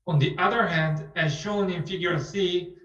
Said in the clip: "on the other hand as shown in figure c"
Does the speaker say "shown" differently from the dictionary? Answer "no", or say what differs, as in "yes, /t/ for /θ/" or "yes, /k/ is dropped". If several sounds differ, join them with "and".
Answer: no